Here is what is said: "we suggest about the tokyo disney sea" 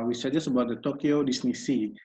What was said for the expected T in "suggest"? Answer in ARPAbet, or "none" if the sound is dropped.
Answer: none